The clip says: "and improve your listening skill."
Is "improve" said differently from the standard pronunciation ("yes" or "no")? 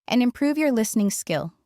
no